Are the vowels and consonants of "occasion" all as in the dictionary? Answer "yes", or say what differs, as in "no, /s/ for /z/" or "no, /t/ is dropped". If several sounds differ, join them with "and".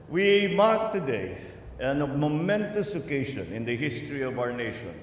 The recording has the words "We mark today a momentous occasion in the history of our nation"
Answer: no, /ʃ/ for /ʒ/